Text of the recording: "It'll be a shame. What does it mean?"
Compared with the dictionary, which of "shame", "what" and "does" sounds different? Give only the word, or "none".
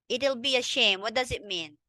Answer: none